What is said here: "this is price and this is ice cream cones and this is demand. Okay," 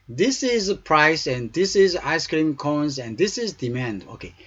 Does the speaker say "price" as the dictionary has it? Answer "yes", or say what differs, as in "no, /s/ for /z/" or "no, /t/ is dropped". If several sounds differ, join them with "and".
yes